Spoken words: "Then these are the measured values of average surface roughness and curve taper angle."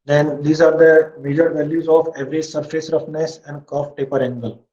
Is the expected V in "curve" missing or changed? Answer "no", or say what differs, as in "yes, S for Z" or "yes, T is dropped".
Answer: yes, F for V